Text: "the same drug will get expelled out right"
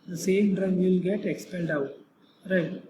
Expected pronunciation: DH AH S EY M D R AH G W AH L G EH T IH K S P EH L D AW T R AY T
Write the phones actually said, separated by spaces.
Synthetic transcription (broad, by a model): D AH S EY M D R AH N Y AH L G EH T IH K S P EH N D AW T R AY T